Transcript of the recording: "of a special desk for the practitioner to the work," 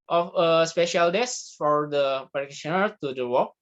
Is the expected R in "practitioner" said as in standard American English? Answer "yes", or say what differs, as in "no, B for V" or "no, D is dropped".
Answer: no, R is dropped